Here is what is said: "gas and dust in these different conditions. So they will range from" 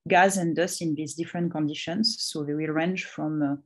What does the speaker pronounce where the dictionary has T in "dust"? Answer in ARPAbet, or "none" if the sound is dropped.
none